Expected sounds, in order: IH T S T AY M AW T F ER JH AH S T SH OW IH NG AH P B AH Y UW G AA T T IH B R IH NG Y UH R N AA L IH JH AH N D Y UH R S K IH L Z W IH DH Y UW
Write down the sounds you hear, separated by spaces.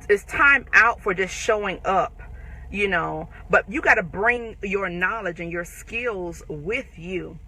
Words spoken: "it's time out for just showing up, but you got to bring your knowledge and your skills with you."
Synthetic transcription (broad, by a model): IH T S T AY M AW T F ER JH AH S T SH OW IH NG AH P B AH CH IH G AA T T IH B R IH NG Y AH R N AA L IH JH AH N Y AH R S K IH L Z W IH DH Y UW